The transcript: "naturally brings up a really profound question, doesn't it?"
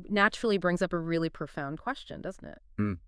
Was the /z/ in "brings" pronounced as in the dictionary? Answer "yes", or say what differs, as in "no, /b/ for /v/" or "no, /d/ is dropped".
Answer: yes